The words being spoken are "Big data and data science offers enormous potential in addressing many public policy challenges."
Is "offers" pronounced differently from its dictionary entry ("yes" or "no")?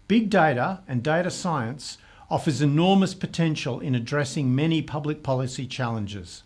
no